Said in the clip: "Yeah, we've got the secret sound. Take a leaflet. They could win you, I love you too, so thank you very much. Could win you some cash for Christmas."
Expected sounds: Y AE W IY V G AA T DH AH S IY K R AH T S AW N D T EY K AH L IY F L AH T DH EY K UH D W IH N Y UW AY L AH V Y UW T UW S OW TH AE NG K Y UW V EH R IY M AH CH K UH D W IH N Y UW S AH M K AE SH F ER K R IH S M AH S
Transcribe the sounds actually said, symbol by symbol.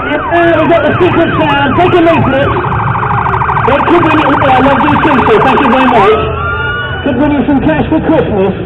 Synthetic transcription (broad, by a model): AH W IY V G AA T DH AH S IY K R AH T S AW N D T EY K AH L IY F N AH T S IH K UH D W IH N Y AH AY L AH V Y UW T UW S OW TH AE NG K Y UW V EH R IY M AH CH K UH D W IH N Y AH S AH M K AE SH F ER K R IH S M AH S